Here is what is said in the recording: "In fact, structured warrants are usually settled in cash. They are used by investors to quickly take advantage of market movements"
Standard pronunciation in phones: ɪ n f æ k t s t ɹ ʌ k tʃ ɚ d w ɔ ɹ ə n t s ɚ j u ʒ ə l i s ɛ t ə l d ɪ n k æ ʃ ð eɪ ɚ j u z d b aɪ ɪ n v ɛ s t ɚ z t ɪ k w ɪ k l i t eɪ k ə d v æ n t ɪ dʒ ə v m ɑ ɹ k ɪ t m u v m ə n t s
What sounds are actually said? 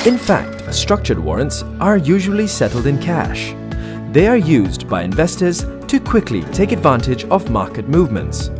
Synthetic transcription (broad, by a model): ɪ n f æ k t s t ɹ ʌ k tʃ ɚ d w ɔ ɹ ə n t s ɚ j u ʒ ə l i s ɛ t l d ɪ n k æ ʃ ð eɪ ɚ j u z b aɪ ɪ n v ɛ s t ɚ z t ɪ k w ɪ k l i t eɪ k ə d v æ n t ɪ dʒ ə v m ɑ ɹ k ɪ t m u v m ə n t s